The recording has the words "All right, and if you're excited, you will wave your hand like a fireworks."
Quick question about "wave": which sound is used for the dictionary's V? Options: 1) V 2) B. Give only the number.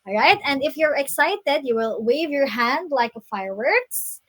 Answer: 1